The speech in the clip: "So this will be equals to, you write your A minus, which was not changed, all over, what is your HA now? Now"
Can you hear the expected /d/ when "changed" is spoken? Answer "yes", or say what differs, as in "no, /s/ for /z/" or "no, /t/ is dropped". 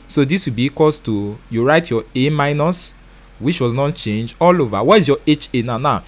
no, /d/ is dropped